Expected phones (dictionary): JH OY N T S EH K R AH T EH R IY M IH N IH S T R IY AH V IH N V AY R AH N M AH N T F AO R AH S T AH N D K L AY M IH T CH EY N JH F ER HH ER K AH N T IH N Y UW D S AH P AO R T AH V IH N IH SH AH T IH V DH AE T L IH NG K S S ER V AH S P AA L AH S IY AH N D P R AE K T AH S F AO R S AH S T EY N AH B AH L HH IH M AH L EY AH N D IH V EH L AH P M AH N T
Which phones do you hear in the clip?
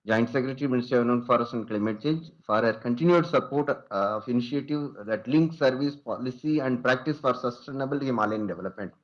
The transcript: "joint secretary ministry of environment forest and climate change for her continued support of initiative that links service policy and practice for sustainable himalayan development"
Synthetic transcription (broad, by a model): JH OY N T S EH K R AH T R IY M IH N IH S T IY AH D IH V N AH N F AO R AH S AH N D K L AY M IH T CH EY N JH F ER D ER K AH N T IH N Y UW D S AH P AO R T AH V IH N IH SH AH T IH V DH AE T L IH NG K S S ER V AH S P AA L AH S IY AH N D P R AE K T AH S F AO R S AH S T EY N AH B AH L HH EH M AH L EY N D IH V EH L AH P M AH N T